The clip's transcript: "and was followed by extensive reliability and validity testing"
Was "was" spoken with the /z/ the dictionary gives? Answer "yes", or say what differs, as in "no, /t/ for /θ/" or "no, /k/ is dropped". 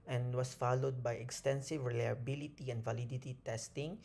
no, /s/ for /z/